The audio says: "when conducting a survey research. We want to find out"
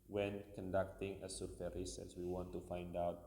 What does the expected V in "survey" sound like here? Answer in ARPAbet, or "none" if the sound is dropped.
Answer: F